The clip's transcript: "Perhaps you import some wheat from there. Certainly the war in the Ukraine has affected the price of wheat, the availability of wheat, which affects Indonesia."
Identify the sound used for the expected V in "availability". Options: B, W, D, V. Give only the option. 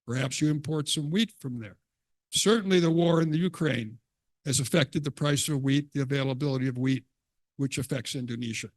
V